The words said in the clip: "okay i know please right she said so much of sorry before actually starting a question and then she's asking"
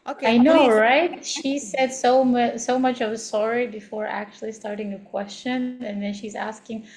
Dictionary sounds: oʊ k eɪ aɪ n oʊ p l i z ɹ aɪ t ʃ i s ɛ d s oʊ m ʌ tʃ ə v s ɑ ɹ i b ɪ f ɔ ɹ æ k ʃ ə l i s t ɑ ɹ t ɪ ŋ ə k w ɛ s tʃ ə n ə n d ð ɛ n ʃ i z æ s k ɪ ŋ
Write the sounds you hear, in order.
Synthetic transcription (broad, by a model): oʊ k aɪ n oʊ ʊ ɹ aɪ t ʃ i s ɛ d s oʊ m ʌ tʃ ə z s ɑ ɹ i b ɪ f ɔ ɹ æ k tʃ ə l i s t ɑ ɹ t ɪ ŋ ə k w ɛ s tʃ ə n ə n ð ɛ n ʃ i z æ s k ɪ ŋ